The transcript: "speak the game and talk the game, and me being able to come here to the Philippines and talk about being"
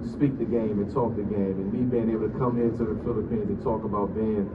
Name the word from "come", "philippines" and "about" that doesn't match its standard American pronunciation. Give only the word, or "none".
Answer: none